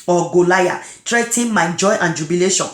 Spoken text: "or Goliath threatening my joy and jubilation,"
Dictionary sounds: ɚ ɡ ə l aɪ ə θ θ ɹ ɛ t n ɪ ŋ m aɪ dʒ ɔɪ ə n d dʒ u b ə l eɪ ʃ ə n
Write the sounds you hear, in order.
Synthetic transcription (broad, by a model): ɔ ɡ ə l aɪ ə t ɹ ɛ t ɪ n m aɪ dʒ ɔɪ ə n dʒ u b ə l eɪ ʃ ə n